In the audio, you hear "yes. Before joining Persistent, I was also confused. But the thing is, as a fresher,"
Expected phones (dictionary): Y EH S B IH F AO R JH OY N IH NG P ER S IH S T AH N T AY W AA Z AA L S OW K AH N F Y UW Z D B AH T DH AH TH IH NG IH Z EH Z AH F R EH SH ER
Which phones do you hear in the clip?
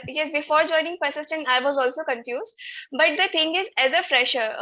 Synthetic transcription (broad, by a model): Y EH S B IH F AO R JH OY N IH NG P ER S IH S T AH N T AY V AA Z AA L S OW K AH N F Y UW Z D B AH T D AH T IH NG IH Z EH Z AH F R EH SH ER